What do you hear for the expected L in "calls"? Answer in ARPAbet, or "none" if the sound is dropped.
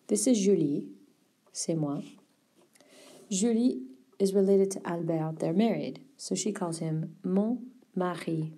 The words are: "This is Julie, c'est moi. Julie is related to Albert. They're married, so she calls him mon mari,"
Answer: L